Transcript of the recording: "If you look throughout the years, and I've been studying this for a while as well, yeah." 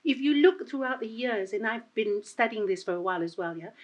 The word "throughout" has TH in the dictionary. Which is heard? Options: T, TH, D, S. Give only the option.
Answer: TH